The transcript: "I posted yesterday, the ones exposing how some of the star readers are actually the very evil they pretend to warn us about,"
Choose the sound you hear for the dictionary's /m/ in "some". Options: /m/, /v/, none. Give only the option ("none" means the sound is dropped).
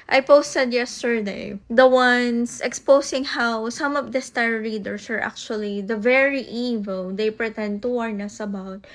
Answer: /m/